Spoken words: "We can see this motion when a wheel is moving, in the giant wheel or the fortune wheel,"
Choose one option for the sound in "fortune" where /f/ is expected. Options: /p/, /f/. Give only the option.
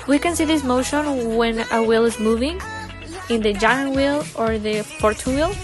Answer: /p/